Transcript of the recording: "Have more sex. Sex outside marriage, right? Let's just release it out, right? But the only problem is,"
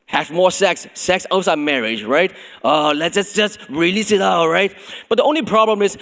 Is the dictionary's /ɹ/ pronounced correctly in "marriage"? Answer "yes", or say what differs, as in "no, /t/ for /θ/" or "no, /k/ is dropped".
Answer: yes